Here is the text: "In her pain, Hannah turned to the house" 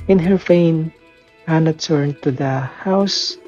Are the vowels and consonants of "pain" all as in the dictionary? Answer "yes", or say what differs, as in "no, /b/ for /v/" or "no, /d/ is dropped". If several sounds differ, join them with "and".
no, /f/ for /p/